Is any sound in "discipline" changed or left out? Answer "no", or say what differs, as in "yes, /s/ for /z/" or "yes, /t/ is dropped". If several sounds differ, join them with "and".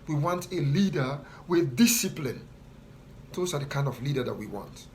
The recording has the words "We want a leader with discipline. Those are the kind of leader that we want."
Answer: no